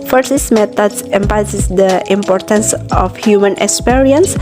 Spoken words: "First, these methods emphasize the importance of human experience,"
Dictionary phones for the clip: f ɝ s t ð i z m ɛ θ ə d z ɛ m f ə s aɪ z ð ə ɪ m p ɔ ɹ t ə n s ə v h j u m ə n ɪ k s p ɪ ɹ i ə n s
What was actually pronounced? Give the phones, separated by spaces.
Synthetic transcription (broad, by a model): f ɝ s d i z m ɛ t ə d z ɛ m p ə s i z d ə ɪ m p ɔ ɹ t ə n s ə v h j u m ə n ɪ k s p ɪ ɹ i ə n s